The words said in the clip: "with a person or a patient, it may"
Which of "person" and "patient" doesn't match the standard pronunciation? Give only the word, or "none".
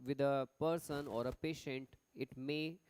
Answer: none